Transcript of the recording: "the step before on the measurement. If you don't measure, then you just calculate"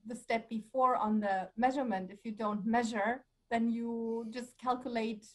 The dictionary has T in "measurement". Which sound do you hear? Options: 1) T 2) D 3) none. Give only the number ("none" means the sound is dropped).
1